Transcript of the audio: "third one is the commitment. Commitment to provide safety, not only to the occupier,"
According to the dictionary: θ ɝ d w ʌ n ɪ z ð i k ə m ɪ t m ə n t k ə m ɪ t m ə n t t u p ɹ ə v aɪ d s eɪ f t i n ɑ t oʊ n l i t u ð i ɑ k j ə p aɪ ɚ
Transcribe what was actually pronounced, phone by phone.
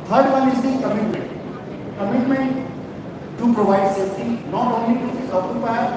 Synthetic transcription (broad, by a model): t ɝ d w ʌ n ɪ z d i k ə m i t m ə n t k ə m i t m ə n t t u p ɹ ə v aɪ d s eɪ t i n ɑ t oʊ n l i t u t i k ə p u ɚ